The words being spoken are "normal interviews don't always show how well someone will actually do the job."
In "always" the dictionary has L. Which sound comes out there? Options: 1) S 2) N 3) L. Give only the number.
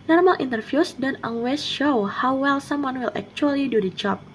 2